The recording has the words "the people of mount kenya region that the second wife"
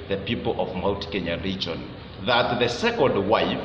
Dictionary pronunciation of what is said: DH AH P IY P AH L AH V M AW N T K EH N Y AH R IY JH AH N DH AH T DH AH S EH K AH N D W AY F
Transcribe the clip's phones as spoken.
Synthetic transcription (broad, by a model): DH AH P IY P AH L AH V M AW L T K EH N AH R IY JH AH N DH AH T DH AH S EH K AH N D W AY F